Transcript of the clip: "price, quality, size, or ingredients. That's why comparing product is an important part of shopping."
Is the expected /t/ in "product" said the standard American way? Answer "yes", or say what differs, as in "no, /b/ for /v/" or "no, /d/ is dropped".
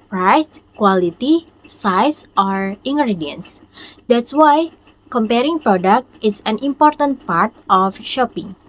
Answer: yes